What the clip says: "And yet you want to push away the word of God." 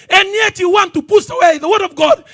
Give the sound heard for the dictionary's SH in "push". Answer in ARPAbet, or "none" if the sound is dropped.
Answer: S